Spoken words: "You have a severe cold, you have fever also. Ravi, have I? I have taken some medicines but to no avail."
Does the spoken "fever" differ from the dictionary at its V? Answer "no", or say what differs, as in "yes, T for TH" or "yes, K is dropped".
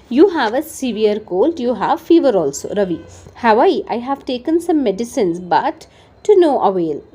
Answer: no